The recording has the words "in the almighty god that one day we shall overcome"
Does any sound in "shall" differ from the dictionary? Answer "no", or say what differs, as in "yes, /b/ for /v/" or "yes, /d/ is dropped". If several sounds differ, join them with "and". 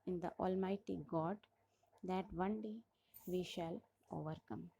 no